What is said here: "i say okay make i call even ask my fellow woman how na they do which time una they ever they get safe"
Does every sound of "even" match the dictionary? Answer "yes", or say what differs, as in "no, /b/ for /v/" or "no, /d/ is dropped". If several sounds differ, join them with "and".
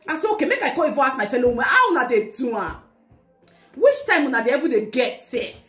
no, /n/ is dropped